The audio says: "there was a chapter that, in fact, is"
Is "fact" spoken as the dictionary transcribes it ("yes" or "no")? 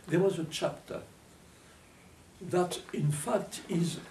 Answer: yes